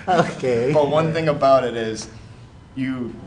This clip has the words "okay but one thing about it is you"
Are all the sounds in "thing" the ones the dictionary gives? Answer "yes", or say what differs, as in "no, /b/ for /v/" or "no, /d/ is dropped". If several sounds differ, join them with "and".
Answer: yes